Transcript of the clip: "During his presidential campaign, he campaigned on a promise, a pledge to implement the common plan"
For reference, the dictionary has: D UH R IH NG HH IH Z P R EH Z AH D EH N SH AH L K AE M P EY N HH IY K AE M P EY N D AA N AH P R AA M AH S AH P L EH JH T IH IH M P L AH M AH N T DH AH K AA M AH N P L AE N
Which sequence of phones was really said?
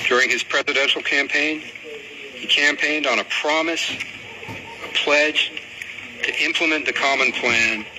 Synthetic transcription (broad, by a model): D UH R IH NG IH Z P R EH Z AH D EH N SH L K AE M P EY N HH IY K AE M P EY N D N AH P R AA M AH S AH P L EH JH T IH IH M P L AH M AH N DH AH K AA M AH N P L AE N